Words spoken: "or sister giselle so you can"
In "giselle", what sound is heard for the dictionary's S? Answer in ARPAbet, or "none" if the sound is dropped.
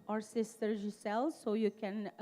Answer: S